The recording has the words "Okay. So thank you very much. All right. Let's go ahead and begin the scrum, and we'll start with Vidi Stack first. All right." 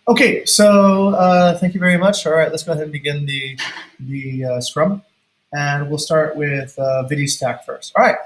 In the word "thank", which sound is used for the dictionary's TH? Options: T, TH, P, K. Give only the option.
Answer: TH